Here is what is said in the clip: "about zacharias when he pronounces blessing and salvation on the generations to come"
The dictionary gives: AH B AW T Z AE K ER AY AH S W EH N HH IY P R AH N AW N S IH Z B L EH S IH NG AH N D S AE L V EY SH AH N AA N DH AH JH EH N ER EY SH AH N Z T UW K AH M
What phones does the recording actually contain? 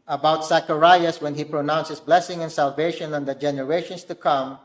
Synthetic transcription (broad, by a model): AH B AW T S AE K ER AY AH S W EH N HH IY P R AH N AW N S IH S B L EH S IH NG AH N S AE L V EY SH AH N AA N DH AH JH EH N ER EY SH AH N S T UW K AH M